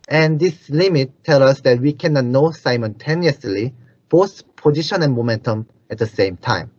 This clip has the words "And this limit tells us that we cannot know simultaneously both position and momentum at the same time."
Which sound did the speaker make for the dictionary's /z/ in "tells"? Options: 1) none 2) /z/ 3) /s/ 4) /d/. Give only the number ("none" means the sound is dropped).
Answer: 1